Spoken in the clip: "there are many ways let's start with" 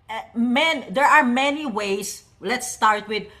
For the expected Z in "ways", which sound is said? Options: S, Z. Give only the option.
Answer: S